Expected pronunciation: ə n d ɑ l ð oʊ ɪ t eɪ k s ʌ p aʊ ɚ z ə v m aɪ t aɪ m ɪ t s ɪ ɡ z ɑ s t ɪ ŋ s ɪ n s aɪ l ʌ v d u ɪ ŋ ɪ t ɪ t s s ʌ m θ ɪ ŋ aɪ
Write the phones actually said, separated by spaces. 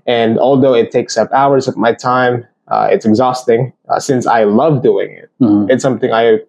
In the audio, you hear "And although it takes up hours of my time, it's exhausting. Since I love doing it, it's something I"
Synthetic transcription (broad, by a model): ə n ɑ l ð oʊ ɪ t eɪ k s ʌ p aʊ ɚ z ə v m aɪ t aɪ m ɪ t s ɪ ɡ z ɑ s t ɪ ŋ s ɪ n s aɪ l ʌ v d u ɪ ŋ ɪ t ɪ t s s ʌ m θ ɪ ŋ aɪ